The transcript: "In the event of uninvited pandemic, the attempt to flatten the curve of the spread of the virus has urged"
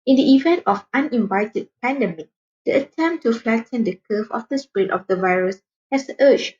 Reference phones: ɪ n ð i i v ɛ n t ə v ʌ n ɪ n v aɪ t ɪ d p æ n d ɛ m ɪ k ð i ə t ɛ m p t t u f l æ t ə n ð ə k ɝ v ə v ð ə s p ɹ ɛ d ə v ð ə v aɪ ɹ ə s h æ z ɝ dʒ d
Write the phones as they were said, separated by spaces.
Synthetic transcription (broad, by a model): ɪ n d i i v ɛ n t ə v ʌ n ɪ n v aɪ t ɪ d p æ n d ɛ m ɪ k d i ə t ɛ m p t t u f l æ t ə n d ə k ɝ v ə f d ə s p ɹ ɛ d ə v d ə v aɪ ɹ ə s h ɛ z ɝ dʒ